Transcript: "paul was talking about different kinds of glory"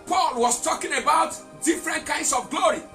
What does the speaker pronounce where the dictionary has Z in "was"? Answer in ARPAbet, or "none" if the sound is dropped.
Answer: S